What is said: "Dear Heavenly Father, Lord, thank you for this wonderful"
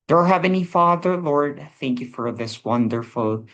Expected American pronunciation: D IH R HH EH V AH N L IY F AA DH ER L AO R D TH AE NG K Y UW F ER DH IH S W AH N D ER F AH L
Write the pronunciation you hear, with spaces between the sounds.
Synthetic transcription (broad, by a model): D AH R HH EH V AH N IY F AA DH ER L AO R D TH AE NG K Y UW F ER DH IH S W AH N D ER F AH L